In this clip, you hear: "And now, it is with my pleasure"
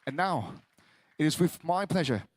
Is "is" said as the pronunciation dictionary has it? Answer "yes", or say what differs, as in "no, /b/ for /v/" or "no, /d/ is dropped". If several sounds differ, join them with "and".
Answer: yes